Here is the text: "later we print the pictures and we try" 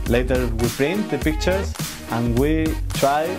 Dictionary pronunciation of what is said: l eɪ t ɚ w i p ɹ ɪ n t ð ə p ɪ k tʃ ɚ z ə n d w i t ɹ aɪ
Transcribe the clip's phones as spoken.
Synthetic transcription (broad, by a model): l eɪ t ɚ w i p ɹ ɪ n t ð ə p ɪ k tʃ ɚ ə n w i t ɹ aɪ